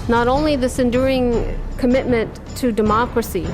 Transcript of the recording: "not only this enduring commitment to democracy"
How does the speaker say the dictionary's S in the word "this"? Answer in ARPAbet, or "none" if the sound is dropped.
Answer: S